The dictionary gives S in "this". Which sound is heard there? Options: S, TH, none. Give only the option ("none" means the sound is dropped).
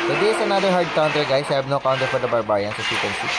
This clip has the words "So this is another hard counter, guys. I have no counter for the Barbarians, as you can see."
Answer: none